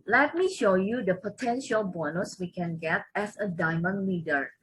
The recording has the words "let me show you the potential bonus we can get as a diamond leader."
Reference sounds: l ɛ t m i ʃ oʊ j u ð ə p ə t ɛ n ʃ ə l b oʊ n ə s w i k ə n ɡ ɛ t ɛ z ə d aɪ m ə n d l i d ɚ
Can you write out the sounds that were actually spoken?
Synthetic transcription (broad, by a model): l ɛ t m i ʃ oʊ j u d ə p ə t ɛ n ʃ ə l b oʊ n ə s w i k ə n ɡ ɛ t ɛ s ə d aɪ m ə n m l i d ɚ